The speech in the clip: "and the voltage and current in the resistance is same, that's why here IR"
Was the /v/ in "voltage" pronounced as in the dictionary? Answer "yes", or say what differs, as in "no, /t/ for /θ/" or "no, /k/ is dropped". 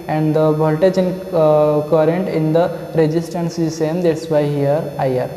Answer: no, /b/ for /v/